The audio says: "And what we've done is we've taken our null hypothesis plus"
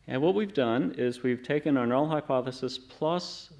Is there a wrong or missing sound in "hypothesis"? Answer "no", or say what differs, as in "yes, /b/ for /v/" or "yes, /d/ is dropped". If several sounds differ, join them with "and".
no